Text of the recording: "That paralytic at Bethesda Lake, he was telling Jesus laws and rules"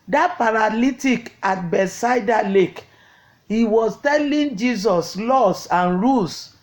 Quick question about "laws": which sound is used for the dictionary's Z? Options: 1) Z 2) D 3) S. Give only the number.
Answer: 3